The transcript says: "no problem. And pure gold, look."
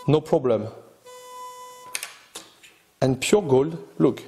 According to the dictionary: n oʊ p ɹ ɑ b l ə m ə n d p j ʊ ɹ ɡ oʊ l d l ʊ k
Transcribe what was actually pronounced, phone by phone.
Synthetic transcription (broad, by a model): n oʊ p ɹ ɑ b l ə m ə n p j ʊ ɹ ɡ oʊ l d l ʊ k